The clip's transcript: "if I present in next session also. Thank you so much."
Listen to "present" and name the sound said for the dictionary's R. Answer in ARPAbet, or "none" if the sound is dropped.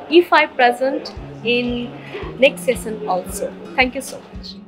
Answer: R